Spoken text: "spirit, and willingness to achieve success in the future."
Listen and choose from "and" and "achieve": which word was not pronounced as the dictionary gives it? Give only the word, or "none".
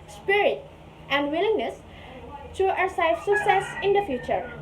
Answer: achieve